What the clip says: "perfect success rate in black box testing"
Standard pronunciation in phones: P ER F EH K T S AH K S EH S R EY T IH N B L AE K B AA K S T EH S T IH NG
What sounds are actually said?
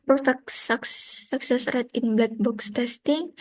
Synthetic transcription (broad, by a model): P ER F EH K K S AH K S EH S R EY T IH N B L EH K B AA K S T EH S T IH NG